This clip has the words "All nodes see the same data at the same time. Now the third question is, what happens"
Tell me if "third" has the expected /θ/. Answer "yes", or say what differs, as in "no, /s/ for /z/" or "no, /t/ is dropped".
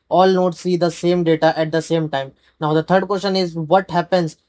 no, /t/ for /θ/